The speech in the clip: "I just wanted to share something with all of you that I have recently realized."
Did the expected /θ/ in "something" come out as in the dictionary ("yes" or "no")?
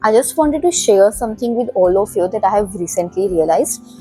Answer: no